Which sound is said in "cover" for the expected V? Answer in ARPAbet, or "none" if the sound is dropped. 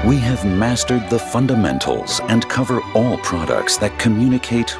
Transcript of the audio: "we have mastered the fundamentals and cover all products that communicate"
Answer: V